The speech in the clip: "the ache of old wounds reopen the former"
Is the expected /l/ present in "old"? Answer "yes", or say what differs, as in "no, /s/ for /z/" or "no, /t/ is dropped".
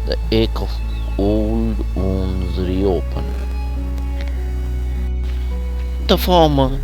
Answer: yes